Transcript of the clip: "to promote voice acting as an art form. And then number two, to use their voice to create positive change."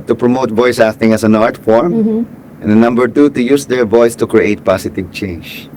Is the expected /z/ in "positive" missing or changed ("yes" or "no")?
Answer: yes